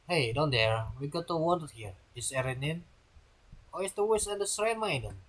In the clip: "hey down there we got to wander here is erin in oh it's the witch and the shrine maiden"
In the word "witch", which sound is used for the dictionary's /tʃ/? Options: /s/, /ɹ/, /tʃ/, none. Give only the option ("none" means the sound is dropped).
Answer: /s/